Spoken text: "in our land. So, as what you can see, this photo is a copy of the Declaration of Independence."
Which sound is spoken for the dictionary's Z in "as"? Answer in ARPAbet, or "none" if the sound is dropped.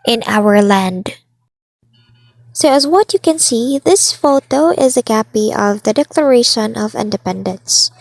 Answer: Z